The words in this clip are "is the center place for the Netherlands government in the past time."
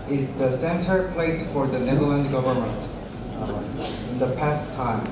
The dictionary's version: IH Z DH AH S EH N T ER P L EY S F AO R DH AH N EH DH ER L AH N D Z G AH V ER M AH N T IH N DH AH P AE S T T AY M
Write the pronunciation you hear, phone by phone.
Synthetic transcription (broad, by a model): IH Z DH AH S EH N T ER P L EY S F AO R DH AH N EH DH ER L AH N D G AH V ER M AH N T IH N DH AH P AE S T T AY M